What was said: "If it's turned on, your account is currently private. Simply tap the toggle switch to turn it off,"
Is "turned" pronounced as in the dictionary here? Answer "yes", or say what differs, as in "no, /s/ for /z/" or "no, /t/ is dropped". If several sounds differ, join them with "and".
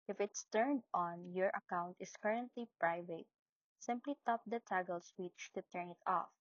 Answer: yes